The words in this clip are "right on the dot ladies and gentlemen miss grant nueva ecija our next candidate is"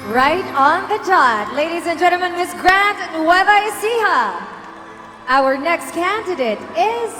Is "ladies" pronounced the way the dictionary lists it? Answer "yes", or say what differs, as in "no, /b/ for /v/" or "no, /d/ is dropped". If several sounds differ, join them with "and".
yes